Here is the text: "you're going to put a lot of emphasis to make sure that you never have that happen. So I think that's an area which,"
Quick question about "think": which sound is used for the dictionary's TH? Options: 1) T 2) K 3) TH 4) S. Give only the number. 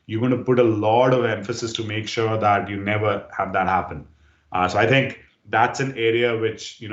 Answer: 1